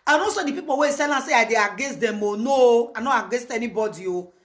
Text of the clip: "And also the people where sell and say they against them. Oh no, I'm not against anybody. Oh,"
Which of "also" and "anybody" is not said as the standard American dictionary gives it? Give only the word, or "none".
also